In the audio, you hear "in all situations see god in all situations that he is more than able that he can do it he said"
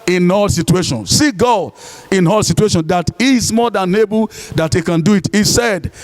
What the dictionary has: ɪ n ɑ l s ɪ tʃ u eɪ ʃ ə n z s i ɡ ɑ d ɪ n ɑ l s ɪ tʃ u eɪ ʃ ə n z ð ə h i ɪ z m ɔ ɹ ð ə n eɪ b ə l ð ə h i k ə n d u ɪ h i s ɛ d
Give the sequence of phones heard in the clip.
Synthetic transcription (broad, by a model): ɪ n ɑ l s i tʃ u eɪ ʃ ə n s i ɡ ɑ ɪ n ɑ l s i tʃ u eɪ ʃ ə n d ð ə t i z m ɔ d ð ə n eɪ b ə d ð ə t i k ə n d u ɪ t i s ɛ d